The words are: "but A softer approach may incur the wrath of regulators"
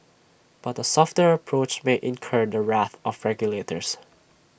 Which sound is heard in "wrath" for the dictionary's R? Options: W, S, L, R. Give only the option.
R